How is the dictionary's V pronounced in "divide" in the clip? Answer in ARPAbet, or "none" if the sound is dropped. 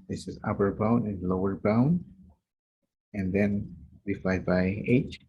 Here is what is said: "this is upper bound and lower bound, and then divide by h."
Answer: F